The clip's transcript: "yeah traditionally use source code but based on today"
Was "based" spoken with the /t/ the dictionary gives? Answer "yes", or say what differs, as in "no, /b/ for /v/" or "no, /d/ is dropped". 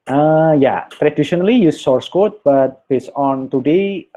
no, /t/ is dropped